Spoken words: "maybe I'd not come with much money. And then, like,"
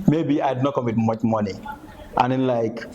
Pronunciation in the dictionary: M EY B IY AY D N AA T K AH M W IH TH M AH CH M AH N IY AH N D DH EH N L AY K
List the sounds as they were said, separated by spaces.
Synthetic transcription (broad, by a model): M EY B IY AY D N AA T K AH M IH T M AH CH M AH N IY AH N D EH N L AY K